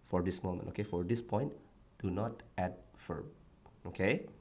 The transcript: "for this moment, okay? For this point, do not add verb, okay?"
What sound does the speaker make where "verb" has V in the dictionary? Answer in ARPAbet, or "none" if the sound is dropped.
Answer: F